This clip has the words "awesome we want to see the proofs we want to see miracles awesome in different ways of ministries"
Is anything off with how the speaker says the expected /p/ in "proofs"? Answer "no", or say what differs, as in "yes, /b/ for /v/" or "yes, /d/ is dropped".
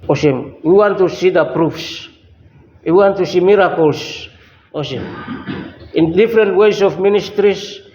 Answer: no